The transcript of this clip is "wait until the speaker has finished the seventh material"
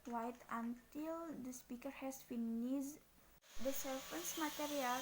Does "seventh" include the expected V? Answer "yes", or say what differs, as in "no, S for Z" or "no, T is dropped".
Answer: no, F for V